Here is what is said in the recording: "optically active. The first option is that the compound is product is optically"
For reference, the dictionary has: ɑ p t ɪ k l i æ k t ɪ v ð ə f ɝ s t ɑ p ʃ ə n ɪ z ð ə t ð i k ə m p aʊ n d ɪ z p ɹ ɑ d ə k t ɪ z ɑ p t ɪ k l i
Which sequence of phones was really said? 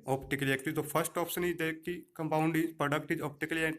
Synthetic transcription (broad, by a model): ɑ p t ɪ k l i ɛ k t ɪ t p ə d s t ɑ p s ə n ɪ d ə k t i k ə m p aʊ n d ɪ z p ɹ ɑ d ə k t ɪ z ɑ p t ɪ k l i